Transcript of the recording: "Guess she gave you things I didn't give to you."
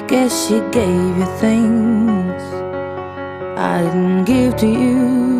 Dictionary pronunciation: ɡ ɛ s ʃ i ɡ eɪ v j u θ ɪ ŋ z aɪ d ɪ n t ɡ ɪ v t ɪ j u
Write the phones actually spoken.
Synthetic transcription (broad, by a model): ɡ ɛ ʃ i ɡ eɪ v j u θ ɪ ŋ z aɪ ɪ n ɡ ɪ v t ɪ j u